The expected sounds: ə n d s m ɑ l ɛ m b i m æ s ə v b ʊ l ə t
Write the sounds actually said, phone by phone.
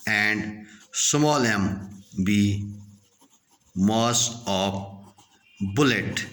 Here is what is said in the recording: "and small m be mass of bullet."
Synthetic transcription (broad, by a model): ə n d s m ɑ l ɛ m b i m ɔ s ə p b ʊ l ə t